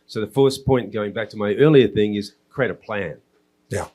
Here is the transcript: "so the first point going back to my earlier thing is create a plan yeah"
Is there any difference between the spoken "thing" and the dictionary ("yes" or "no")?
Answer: no